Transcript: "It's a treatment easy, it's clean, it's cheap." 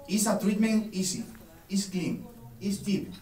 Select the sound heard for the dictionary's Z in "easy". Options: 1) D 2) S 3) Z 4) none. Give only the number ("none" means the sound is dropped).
2